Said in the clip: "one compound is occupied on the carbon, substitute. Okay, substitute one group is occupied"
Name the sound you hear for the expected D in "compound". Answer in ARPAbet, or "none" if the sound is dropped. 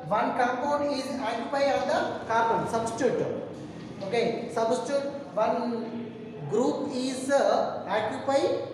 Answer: none